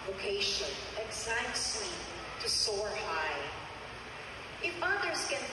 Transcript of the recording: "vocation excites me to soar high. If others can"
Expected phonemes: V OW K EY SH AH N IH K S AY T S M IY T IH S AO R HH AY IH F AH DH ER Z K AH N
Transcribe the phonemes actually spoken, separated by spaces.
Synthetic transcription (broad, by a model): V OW K EY SH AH N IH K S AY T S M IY T IH S AO R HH AY IH F AH DH ER Z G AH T